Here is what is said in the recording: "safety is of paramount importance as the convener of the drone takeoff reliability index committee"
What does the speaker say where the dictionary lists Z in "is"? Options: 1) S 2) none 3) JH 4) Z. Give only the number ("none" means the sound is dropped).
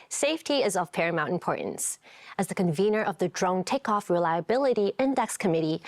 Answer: 4